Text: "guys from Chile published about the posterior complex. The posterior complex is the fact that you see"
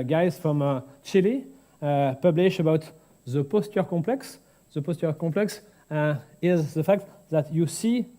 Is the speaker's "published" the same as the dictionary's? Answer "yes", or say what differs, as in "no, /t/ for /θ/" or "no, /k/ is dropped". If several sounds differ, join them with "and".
no, /t/ is dropped